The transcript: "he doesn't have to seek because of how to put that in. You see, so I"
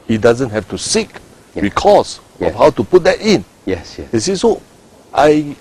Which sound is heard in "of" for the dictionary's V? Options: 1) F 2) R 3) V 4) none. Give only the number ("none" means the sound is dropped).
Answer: 1